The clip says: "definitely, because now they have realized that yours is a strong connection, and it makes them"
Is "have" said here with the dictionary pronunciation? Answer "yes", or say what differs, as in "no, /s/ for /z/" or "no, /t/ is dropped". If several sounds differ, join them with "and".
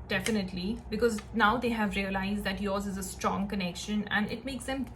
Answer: yes